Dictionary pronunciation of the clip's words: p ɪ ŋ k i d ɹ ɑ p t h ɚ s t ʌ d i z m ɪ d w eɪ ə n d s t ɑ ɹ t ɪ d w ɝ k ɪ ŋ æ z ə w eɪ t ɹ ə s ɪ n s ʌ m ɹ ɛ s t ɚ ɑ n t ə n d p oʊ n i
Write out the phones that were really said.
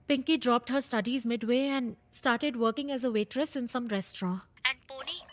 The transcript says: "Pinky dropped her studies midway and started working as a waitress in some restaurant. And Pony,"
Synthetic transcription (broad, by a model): p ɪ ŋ k i d ɹ ɑ p t h ɚ s t ʌ d i z m ɪ d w eɪ ə n d s t ɑ ɹ t ɪ d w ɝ k ɪ ŋ æ z ə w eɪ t ɹ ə s ɪ n s ʌ m ɹ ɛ s t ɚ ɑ ə n d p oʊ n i